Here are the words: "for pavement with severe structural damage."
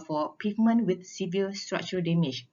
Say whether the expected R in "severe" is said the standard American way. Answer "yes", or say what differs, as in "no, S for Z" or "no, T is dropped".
no, L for R